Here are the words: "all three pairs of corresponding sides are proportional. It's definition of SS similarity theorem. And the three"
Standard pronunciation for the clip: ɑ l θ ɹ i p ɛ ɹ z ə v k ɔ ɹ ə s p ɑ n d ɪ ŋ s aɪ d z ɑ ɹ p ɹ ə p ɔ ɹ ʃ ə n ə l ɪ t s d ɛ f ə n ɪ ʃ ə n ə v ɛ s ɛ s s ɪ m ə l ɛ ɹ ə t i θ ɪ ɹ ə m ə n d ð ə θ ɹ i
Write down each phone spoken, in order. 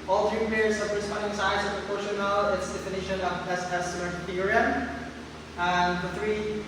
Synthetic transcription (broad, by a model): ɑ l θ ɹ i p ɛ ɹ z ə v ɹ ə s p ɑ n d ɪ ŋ s aɪ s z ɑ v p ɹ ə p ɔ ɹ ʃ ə n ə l ɪ t s d ɛ f ə n ɪ ʃ ə n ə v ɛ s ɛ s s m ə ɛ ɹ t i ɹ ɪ ə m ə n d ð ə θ ɹ i